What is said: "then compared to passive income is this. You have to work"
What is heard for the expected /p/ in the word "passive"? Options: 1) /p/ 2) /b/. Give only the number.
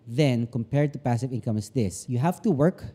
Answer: 1